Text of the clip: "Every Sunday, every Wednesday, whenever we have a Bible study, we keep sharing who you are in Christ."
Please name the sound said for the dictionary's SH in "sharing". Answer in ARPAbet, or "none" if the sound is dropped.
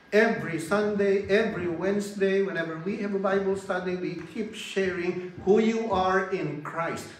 SH